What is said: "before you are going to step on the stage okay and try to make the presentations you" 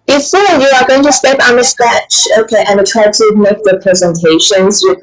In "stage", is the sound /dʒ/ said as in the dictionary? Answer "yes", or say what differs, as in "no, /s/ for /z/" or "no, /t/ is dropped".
no, /tʃ/ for /dʒ/